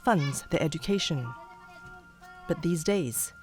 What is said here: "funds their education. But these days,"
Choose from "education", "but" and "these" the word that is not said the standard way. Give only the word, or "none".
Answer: none